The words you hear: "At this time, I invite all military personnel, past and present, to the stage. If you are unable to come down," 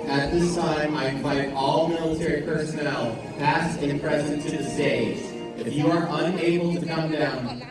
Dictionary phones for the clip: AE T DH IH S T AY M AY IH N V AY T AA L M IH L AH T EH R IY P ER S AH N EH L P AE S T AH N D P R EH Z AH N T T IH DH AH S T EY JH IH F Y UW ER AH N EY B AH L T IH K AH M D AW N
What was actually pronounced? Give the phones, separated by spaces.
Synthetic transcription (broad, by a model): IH T DH IH S T AY M AY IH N V AY T AA L M IH L AH T EH R IY P ER S AH N EH L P AE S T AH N P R EH Z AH N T T IH DH AH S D EY Z IH F Y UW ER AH N EY B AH L T IH K AH M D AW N